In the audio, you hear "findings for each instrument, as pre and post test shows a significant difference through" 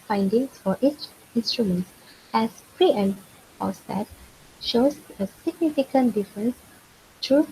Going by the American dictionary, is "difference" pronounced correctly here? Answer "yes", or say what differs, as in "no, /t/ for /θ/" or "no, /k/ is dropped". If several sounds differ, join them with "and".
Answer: yes